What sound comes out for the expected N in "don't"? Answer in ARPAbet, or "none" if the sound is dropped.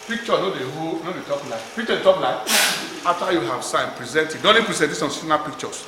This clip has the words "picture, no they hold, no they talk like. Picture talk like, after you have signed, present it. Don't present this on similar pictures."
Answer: L